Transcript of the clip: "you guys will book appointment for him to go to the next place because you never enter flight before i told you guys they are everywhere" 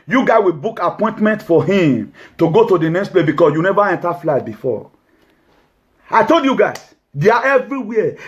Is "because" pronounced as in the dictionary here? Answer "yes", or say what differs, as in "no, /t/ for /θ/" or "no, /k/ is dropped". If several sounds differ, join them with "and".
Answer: no, /s/ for /z/